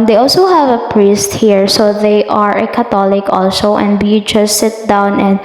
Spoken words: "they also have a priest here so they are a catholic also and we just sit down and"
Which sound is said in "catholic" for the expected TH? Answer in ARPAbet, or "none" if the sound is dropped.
T